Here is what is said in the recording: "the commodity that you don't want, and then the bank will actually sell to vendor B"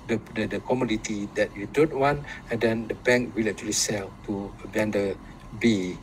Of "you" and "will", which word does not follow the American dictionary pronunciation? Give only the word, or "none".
none